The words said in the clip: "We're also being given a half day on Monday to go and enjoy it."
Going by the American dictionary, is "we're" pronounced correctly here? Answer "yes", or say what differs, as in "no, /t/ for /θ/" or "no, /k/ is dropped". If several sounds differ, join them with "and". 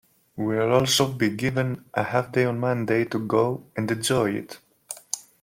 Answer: no, /l/ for /ɹ/